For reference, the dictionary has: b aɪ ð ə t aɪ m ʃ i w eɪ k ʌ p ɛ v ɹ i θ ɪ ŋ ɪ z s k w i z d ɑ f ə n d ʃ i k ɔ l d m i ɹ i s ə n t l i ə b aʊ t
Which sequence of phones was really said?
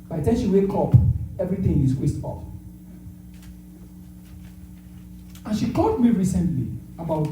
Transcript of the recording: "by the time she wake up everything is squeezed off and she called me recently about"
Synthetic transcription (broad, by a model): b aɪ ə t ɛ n ʃ i w eɪ k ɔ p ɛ v ɹ i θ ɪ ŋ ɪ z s w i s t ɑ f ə n ʃ i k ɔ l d m i ɹ i s ə n t l i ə b aʊ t